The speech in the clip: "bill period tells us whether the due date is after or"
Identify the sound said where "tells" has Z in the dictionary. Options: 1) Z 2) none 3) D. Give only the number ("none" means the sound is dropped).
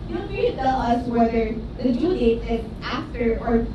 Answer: 2